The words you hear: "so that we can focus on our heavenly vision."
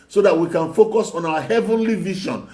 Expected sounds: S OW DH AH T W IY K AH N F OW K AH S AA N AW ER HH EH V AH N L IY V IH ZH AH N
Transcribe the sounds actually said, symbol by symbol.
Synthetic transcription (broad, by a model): S OW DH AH T W IY K AH N F OW K AH S AA N AW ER HH EH V AH N L IY V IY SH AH N